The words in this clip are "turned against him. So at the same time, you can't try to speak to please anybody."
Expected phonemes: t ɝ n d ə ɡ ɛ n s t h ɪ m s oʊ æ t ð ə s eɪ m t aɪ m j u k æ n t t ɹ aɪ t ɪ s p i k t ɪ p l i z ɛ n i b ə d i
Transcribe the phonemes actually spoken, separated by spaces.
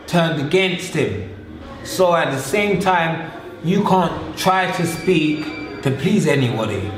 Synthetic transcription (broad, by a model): t ɝ n d ə ɡ ɛ n s t h ɪ m s oʊ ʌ t ð ə s eɪ m t aɪ m j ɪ k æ n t t ɹ aɪ t ɪ s p i k t ɪ p l i z ɛ n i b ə d i